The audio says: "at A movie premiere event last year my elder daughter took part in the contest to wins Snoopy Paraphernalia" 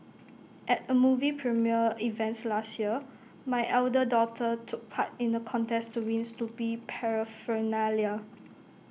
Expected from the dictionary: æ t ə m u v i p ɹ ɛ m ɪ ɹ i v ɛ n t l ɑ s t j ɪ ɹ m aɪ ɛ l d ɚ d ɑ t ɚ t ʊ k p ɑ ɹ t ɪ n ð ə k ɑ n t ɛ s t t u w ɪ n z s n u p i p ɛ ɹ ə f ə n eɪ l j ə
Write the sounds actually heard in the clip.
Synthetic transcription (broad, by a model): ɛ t ə m u v i p ɹ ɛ m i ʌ i v ɛ n t l ɑ s t j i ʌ m aɪ ɛ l d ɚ d ɑ t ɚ t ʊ k p ɑ t ɪ n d ə k ɑ n t ɛ s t t u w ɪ n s l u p i p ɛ ɹ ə f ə n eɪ l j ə